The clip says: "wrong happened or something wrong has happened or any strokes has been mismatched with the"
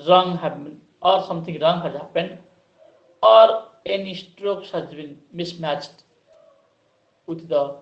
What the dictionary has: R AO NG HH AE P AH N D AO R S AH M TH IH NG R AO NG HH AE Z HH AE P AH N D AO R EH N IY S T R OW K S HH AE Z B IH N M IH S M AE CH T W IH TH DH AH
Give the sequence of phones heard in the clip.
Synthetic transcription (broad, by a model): R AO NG HH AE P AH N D AO R S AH M T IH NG R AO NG HH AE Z HH AE P AH N D AO R EH N IY S T R OW K S HH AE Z B IH N M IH S M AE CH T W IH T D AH